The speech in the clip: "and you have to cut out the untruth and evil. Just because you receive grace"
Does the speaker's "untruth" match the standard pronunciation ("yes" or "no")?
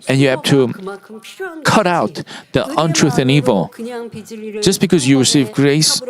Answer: yes